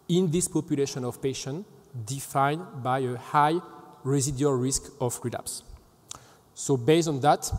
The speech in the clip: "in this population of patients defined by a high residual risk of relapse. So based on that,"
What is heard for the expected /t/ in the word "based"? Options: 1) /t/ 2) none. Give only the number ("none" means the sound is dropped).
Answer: 2